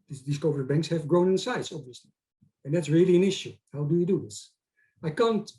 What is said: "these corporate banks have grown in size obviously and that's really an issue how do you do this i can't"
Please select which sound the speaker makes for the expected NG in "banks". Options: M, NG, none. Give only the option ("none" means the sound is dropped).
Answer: NG